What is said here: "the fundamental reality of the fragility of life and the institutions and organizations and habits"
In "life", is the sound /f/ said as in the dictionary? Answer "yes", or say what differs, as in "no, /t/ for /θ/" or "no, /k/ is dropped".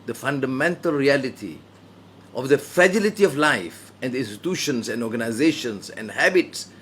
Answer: yes